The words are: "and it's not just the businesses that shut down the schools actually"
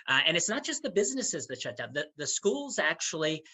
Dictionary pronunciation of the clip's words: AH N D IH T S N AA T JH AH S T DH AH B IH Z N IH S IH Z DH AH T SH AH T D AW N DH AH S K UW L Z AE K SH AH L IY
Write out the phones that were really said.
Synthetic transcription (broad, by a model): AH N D IH T S N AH T JH AH S T DH AH B IH Z N IH S IH Z DH AH T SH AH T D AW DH DH AH S K UW L Z AE K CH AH L IY